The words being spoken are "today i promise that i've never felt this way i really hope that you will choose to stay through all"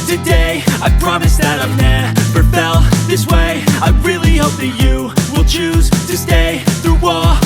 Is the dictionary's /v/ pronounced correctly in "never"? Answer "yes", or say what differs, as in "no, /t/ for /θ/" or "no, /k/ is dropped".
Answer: no, /p/ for /v/